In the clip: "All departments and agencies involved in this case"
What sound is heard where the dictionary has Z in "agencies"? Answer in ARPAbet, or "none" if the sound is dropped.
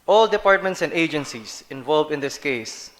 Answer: S